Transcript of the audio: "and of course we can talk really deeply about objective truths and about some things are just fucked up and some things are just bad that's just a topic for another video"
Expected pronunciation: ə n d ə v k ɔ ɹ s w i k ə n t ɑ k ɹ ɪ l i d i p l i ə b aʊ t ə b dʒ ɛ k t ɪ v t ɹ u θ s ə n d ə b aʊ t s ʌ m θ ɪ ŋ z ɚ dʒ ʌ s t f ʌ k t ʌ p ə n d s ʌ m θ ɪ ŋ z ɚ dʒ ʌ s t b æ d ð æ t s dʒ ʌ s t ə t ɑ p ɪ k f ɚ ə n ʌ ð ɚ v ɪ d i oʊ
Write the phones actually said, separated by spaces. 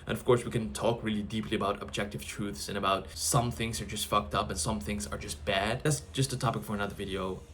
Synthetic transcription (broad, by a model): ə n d ə v k ɔ ɹ s w i k ə n t ɑ k ɹ ɪ l i d i p l i ə b aʊ t ə b dʒ ɛ k t ɪ v t ɹ u θ s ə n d ə b aʊ t s ʌ m θ ɪ ŋ z ɚ dʒ ʌ s t f ʌ k t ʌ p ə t s ʌ m θ ɪ ŋ z ɚ dʒ ʌ s t b æ d ð æ t s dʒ ʌ s t ə t ɑ p ɪ k f ɚ ə n ʌ ð ɚ v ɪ d i oʊ